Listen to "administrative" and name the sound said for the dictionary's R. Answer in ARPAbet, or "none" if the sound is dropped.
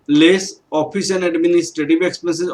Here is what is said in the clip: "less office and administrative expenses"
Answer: none